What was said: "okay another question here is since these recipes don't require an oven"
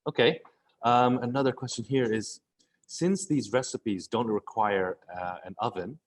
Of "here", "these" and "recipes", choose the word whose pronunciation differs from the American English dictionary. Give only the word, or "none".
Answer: none